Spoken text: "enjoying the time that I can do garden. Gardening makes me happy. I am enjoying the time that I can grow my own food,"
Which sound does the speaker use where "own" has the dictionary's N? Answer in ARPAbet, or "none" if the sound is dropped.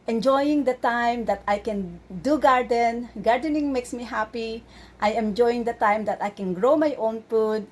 N